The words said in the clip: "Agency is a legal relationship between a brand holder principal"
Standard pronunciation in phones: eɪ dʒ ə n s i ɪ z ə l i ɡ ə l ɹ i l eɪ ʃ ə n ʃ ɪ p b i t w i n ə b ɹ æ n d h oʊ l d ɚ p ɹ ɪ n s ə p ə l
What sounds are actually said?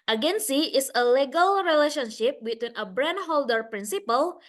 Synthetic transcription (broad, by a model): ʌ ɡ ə n s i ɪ s ə l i ɡ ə l ɹ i l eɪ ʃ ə n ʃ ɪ p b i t w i n ə b ɹ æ n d h oʊ l d ɚ p ɹ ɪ n s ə p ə l